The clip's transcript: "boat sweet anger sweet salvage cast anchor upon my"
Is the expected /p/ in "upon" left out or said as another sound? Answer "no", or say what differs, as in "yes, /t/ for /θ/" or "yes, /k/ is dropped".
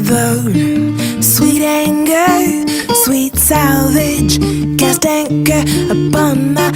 yes, /b/ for /p/